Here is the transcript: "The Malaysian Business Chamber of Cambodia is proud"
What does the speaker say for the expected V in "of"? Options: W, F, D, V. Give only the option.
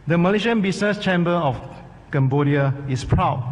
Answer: F